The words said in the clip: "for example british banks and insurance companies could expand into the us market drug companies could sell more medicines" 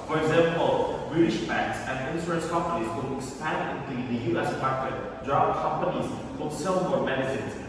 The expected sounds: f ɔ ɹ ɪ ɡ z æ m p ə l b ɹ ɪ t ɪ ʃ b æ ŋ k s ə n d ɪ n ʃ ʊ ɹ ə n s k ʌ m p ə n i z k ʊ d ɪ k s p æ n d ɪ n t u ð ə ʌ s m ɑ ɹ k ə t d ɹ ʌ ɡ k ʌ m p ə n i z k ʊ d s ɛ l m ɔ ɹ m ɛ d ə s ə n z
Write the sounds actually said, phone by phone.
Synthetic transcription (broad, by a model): f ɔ ɹ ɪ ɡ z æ m p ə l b ɹ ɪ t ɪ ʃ b æ ŋ k s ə n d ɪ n s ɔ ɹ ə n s k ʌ m p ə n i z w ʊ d ɪ k s p æ n d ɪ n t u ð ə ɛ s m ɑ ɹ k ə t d ɹ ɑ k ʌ m p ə n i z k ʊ s ɛ l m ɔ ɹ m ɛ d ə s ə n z